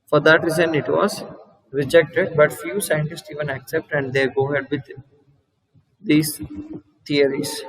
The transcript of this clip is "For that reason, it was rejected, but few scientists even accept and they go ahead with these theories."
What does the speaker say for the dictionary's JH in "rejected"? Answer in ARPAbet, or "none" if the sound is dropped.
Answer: JH